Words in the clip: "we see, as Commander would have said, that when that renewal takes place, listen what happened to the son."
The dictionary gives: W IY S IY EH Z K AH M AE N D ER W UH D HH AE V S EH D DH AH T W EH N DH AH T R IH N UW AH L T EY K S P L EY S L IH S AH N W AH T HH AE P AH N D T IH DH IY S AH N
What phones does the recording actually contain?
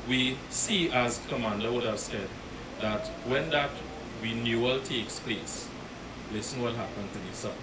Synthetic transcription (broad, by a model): W IY S IY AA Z K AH M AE N D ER W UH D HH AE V S EH D DH AH T W EH N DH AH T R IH N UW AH L T EY K S P L EY S L IH S AH N W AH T HH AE P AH N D T IH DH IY S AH